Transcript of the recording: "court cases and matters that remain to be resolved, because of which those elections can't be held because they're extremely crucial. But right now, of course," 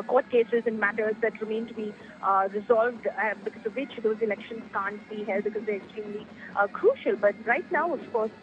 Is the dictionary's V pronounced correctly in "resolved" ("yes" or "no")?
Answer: yes